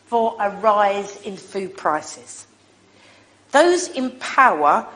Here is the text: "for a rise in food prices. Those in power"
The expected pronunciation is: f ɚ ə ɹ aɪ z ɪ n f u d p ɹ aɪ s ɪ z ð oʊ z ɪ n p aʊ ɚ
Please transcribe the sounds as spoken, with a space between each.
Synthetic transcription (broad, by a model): f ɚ ə ɹ aɪ z ɪ n f u d p ɹ aɪ s ɪ z ð oʊ z ɪ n p aʊ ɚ